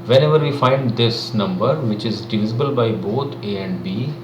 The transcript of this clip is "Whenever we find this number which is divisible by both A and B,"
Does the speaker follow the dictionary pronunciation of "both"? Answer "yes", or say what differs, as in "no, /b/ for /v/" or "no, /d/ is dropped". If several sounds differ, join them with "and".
no, /t/ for /θ/